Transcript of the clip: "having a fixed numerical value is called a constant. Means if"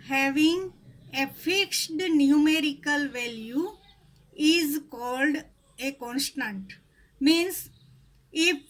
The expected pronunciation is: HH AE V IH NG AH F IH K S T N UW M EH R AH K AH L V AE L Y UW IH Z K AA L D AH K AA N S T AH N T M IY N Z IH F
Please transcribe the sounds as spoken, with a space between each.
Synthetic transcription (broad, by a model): HH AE V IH NG AH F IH K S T N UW M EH R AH K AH L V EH L Y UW IH Z K AA L D AH K AA N S T AH N T M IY N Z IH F